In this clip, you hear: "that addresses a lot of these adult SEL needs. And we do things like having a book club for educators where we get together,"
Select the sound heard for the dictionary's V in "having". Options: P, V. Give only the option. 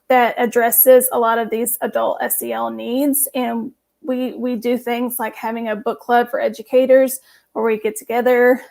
V